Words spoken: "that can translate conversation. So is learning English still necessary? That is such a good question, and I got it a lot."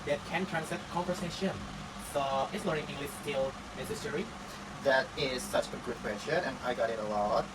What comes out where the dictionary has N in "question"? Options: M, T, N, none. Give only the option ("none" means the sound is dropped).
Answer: none